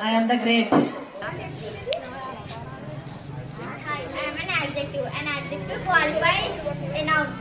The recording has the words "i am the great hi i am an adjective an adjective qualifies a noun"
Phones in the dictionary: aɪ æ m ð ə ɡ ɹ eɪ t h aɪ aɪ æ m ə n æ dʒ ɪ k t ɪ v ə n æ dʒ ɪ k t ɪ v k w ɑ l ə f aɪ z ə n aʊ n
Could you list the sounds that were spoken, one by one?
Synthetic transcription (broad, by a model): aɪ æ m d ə ɡ ɹ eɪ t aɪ aɪ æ m ə n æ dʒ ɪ k t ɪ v ə n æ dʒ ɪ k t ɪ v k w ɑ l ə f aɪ ə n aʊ